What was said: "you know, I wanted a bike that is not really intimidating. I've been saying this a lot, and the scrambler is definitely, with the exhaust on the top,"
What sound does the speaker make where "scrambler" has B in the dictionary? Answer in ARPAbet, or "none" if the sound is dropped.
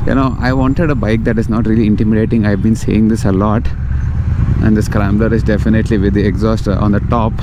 B